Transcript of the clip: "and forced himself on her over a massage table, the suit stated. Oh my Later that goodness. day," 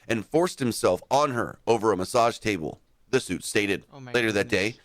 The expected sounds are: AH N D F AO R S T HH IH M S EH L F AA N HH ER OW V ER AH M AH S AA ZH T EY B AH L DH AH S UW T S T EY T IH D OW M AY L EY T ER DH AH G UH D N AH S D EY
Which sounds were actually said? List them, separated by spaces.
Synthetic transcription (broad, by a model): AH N F AO R S T HH IH M S EH L F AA N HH ER OW V ER AH M AH S AA ZH T EY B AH L DH AH S UW T S T EY T IH D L EY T ER DH AH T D AH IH